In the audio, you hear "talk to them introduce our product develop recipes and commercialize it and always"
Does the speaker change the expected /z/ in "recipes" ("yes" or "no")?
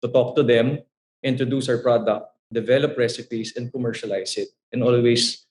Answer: yes